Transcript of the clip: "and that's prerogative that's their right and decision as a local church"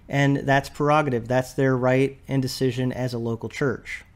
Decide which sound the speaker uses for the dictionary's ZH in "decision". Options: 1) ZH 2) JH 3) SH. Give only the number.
1